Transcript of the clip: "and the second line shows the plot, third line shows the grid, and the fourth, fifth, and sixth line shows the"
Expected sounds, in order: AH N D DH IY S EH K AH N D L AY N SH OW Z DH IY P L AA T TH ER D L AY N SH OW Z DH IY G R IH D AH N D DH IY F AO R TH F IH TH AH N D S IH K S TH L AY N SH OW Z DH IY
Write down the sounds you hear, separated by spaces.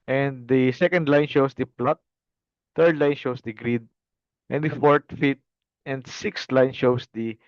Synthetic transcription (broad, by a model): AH N D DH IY S EH K AH N D L AY N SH OW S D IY P L AA T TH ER D L AY N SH OW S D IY G R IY D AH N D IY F AO R T F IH T AH N D S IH K S T L AY N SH OW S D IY